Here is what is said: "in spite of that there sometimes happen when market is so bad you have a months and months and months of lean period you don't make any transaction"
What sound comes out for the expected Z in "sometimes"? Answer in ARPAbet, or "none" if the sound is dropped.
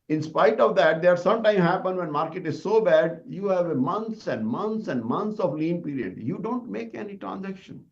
none